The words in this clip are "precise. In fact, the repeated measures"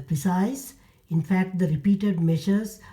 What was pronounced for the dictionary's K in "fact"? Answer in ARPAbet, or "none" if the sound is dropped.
K